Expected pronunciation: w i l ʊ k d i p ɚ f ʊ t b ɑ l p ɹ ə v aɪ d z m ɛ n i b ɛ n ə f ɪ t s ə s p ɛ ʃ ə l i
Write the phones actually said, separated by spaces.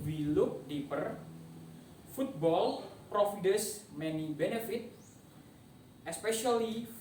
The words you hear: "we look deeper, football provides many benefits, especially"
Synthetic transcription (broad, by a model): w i l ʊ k d i p ɚ f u t b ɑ l p ɹ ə f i d s m ɛ n i b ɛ n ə f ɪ t ə s p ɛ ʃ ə l i